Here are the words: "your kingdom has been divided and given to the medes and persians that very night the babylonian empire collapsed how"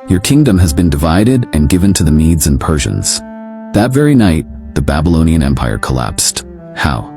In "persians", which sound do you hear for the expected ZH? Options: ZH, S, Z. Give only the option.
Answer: ZH